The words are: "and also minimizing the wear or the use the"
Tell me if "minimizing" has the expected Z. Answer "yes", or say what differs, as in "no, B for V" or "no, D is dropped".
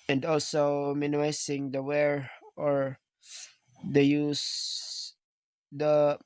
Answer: no, S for Z